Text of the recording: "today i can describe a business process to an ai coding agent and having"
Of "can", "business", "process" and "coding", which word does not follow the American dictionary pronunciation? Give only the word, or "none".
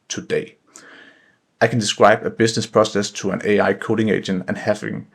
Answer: business